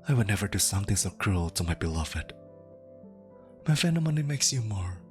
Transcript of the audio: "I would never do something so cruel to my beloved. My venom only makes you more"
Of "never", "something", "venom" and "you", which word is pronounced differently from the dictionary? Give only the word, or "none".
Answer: venom